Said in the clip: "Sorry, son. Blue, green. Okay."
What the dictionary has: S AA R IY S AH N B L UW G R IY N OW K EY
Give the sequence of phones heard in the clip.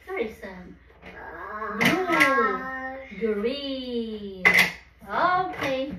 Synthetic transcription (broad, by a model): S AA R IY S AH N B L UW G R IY OW K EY